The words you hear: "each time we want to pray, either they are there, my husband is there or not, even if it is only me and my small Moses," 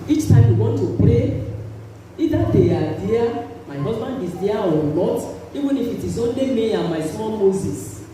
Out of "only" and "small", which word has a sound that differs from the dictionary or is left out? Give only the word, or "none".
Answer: small